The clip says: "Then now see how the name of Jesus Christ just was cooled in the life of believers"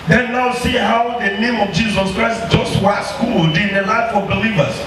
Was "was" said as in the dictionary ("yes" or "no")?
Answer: no